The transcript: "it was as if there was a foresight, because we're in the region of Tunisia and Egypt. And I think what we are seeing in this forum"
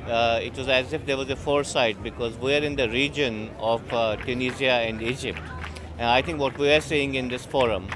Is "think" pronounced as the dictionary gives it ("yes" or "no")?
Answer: no